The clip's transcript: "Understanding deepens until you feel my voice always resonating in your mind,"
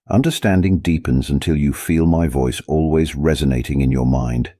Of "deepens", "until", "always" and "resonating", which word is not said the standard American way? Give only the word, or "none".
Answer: none